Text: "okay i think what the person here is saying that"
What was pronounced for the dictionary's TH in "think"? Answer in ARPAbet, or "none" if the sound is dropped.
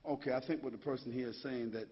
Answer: TH